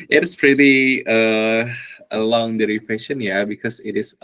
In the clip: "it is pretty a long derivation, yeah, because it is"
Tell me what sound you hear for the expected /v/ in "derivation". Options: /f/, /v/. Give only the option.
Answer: /f/